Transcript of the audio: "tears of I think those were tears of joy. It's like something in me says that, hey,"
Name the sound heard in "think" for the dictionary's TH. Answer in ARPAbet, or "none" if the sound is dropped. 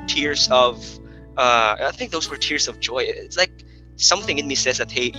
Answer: TH